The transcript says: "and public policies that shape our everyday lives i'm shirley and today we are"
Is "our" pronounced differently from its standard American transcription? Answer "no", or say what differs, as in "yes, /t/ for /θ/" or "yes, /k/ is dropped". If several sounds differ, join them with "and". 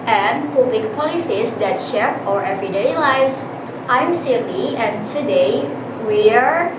no